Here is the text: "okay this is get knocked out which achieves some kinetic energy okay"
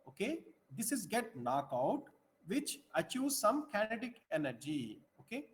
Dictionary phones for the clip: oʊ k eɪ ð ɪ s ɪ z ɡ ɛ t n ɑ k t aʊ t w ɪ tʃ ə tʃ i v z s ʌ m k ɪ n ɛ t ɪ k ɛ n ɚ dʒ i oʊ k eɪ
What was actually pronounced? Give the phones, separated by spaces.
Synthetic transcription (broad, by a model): oʊ k eɪ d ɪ s ɪ z ɡ ɛ t n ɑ k aʊ t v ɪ tʃ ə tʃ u z s ʌ m k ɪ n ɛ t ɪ k ɛ n ɚ dʒ i oʊ k eɪ